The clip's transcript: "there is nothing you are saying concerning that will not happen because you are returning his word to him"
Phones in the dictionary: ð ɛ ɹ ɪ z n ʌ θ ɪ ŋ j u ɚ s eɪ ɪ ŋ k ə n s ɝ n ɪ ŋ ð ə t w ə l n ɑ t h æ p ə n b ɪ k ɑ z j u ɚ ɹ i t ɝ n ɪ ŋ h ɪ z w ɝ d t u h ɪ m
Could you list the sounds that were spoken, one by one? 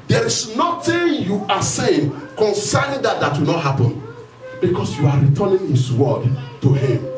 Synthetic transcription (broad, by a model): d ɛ ɹ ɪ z n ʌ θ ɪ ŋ j u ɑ s eɪ ɪ ŋ k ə n s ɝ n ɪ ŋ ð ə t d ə w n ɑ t h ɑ p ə n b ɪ k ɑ s j u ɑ ɹ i t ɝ n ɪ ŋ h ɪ s w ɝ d t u h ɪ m